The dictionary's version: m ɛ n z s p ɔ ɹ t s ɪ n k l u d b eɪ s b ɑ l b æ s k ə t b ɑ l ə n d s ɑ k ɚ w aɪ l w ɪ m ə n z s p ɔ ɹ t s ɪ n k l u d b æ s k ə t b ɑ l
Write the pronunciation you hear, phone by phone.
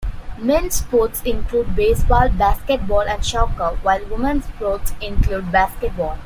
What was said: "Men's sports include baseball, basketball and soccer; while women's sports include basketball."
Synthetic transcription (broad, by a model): m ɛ n s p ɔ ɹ t s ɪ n k l u d b eɪ s b ɑ l b æ s k ə t b ɑ l ə n d ʃ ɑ k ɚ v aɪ l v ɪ m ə n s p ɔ t s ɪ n k l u d b æ s k ə t b ɑ l